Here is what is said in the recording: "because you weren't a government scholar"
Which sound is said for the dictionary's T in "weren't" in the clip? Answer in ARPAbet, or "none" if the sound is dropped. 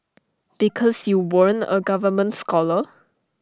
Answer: none